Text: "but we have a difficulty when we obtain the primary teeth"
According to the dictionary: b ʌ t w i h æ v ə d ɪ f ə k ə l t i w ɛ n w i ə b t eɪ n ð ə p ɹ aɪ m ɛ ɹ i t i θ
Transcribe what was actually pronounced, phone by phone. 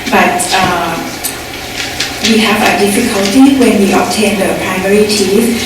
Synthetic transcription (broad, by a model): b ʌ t w i h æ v ə d ɪ f ə k ə l t i w ɛ n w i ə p t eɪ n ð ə p ɹ aɪ m ɛ ɹ i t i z